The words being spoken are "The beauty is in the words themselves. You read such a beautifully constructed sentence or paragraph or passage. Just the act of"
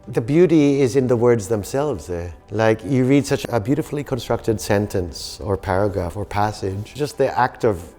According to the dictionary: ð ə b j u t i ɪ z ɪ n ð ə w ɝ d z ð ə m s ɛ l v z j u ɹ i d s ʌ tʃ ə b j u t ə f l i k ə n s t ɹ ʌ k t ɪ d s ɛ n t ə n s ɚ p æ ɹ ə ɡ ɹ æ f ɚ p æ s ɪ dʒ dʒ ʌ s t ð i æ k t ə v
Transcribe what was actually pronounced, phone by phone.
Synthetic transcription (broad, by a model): ð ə b j u t i ɪ z ɪ n ð ə w ɝ d z ð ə m s ɛ l v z j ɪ ɹ i d s ʌ tʃ ə b j u t ə f l i k ə n s t ɹ ʌ k t ɪ d s ɛ n t ə n s ɚ p æ ɹ ə ɡ ɹ æ f ɚ p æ s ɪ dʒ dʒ ʌ s t ð i æ k t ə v